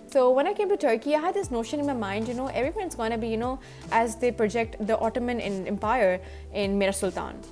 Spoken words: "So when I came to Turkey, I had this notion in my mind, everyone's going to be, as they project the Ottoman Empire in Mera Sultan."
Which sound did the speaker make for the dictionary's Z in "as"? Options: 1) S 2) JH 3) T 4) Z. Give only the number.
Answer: 4